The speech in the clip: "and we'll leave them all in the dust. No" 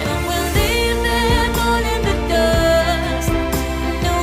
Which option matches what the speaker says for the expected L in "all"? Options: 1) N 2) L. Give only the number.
1